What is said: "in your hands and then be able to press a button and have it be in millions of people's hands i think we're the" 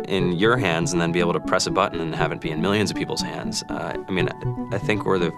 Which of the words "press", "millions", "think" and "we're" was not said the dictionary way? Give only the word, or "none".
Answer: none